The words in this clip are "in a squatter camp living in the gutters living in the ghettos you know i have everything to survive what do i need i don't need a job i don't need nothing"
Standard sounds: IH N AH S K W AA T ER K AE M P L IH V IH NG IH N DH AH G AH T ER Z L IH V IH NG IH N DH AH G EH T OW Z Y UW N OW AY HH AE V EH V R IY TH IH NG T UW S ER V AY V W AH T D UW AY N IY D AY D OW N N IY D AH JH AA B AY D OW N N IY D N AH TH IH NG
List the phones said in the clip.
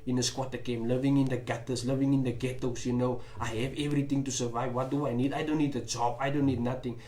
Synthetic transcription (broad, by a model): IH N AH S K W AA T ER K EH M L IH V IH NG IH N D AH G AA T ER S L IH V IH NG IH N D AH G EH T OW S Y UW N OW AY HH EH V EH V R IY T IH NG T UW S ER V AY V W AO T D UW AY N IY D AY D OW N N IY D AH JH AA B AY D OW N N IY D N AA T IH NG